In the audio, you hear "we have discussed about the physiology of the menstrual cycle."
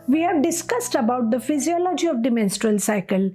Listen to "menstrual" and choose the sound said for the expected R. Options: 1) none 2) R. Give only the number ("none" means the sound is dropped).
2